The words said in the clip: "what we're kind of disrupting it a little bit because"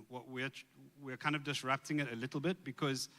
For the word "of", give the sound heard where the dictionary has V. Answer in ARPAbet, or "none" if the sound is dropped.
V